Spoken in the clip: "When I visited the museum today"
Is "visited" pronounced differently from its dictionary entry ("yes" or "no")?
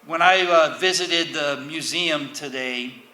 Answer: no